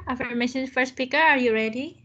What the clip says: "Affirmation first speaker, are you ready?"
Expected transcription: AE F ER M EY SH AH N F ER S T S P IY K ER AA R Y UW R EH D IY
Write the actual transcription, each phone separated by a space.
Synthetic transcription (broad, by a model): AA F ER M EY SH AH N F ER T S P IY K ER AA R Y UW R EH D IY